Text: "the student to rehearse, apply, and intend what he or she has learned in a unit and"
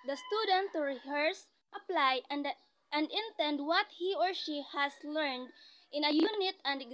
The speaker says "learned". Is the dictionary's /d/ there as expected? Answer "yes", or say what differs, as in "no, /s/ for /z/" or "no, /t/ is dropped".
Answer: yes